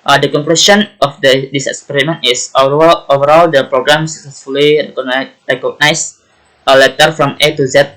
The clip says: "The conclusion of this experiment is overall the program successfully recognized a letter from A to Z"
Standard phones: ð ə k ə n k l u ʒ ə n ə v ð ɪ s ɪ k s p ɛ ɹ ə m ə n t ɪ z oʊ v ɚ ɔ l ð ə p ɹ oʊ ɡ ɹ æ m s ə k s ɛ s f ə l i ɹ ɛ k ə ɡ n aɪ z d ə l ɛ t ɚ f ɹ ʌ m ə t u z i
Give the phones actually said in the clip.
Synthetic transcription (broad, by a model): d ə k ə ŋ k l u s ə n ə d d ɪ s ɪ k s p ɛ ɹ ə m ə n t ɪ s oʊ v ɚ ɔ l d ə p ɹ oʊ ɡ ɹ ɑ m s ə k s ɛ s f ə l i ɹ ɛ k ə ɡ n aɪ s ə l ɛ t ɚ f ɹ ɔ m ə t u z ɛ